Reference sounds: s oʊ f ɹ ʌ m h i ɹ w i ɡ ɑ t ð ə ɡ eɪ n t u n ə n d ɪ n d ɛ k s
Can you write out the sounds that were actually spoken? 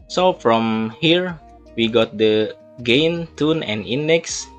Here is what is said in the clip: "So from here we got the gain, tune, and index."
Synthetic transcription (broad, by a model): s oʊ f ɹ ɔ m h i ɹ w i ɡ ɑ t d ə ɡ eɪ n t u n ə n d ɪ n d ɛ k s